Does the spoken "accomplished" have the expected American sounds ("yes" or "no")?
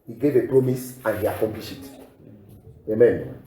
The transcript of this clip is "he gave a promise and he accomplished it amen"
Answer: no